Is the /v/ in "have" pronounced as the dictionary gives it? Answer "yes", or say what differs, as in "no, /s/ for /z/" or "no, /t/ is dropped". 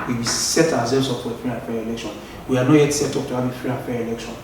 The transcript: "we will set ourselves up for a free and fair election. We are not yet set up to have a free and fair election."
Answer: no, /b/ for /v/